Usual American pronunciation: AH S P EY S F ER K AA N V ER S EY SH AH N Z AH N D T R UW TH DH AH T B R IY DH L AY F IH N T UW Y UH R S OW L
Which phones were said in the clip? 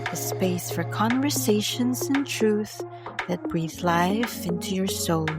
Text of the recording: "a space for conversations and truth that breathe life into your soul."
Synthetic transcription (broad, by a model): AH S P EY S F ER K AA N V ER S EY SH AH N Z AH N T R UW TH DH AH T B R IY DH L AY F IH N T UW Y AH R S OW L